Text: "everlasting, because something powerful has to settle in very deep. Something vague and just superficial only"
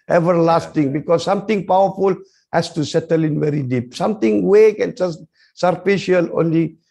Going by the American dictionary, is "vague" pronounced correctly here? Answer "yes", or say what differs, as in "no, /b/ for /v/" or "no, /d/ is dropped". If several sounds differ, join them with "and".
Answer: no, /w/ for /v/